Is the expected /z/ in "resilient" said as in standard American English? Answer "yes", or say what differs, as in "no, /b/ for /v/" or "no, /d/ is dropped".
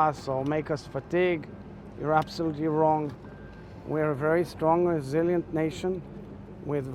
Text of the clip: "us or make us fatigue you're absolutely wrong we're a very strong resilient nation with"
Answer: yes